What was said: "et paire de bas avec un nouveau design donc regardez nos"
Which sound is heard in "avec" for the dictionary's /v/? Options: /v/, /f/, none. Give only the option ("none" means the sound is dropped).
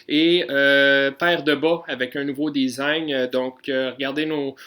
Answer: /v/